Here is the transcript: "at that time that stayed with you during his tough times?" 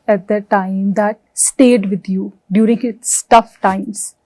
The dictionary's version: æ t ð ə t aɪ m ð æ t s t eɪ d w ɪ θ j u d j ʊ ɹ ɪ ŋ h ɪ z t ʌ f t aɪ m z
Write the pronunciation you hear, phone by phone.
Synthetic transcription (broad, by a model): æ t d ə t aɪ m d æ t s t eɪ d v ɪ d j u d j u ɹ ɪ ŋ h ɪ s t ʌ f t aɪ m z